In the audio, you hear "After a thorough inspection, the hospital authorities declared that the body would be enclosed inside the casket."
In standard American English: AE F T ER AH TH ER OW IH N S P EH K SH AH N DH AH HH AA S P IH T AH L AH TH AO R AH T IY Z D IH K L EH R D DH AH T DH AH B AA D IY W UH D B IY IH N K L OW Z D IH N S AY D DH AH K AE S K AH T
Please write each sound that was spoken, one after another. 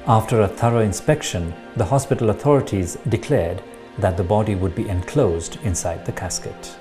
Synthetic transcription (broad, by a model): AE F T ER AH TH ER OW IH N S P EH K SH AH N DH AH HH AA S P IH T AH L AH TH AO R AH T IY Z D IH K L EH R D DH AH T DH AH B AA D IY W UH D B IY IH N K L OW Z D IH N S AY D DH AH K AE S K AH T